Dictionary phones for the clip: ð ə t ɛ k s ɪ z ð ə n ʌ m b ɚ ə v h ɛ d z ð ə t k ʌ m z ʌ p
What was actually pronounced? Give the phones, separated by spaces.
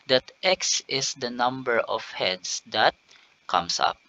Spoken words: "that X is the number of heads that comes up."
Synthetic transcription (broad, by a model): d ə t ɛ k s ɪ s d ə n ʌ m b ɚ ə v h ɛ d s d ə t k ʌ m s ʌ p